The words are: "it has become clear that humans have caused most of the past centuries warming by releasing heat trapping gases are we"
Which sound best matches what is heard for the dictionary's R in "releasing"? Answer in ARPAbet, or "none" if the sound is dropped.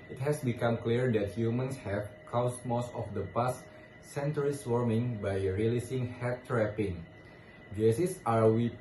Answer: R